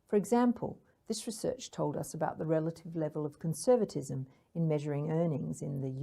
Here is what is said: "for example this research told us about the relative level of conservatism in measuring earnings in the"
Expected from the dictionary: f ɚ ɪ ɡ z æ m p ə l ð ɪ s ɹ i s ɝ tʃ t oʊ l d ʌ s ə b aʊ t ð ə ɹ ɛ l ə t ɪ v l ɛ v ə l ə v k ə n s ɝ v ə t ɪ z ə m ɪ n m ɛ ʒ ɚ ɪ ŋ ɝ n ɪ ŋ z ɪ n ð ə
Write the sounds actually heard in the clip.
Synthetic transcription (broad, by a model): f ɚ ɪ ɡ z æ m p ə l ð ɪ s ɹ i s ɝ tʃ t oʊ l d ʌ s ə b aʊ t ð ə ɹ ɛ l ə t ɪ v l ɛ v ə l ə v k ə n s ɝ v ə t ɪ z ə m ɪ n m ɛ ʒ ɚ ɪ ŋ ɝ n ɪ ŋ z ɪ n ð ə